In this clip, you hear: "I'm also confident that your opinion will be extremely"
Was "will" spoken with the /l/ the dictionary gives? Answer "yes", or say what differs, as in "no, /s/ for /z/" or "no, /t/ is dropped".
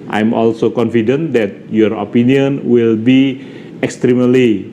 yes